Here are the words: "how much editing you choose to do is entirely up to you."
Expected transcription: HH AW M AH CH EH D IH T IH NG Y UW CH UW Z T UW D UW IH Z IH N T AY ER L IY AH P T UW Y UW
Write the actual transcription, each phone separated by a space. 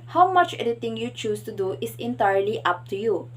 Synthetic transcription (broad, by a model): HH AW M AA CH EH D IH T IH NG Y UW CH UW S T UW D UW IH S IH N T AY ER L IY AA P T UW Y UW